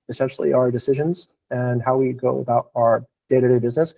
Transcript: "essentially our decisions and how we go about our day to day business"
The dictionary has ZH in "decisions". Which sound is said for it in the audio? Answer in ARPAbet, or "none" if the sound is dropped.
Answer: ZH